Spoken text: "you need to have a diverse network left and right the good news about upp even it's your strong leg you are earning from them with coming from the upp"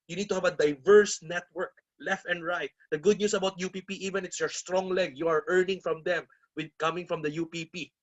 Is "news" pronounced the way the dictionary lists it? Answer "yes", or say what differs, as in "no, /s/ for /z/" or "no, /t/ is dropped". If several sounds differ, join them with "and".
no, /s/ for /z/